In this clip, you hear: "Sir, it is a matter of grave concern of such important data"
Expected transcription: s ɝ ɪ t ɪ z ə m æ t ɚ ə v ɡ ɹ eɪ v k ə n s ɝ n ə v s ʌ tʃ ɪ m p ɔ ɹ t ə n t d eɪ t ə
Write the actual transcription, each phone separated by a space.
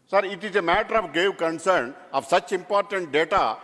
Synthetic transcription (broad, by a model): s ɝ ɪ t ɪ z ə m æ t ɚ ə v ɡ eɪ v k ə n s ɝ n ə v s ʌ tʃ ɪ m p ɔ ɹ t ə n t d eɪ t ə